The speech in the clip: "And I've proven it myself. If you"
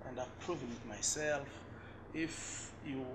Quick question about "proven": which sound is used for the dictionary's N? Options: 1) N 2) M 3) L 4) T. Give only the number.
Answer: 3